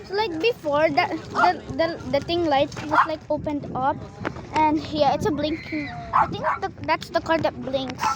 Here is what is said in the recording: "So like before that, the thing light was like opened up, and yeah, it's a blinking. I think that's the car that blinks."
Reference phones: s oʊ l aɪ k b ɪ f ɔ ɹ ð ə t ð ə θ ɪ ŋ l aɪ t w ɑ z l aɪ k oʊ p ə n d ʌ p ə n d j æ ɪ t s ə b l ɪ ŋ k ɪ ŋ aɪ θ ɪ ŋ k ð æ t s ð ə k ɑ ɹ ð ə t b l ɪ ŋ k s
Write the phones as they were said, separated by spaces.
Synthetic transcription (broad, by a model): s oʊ l aɪ k b ɪ f ɔ ɹ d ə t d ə t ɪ ŋ l aɪ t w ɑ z l aɪ k oʊ p ə n d ʌ p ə n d j æ ɪ t s ə b l ɪ ŋ k ɪ ŋ aɪ t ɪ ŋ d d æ t s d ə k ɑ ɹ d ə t b l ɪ ŋ k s